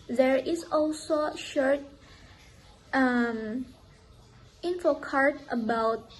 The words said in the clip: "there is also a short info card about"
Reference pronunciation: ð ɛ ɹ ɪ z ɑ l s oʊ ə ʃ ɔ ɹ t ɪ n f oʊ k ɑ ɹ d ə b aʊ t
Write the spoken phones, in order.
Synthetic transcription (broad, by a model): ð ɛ ɹ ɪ s ɑ l s oʊ ʃ ɔ ɹ t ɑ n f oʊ k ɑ ɹ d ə b aʊ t